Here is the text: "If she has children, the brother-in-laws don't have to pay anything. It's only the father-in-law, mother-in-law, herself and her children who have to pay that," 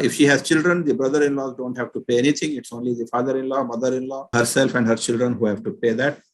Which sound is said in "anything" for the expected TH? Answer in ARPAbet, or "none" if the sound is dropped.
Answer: T